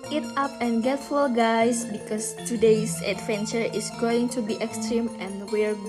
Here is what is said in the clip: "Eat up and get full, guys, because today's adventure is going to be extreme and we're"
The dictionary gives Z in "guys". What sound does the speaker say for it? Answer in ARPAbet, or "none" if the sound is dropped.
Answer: S